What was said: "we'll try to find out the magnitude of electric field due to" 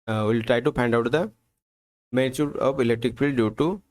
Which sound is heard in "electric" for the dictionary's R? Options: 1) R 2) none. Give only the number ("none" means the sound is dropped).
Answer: 1